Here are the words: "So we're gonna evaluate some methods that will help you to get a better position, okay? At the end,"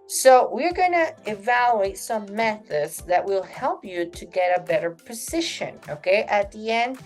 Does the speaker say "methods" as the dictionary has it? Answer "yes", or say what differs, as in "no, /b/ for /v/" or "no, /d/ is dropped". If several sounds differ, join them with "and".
yes